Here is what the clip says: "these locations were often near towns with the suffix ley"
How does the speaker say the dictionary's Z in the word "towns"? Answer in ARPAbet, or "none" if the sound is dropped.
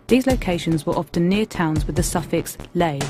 Z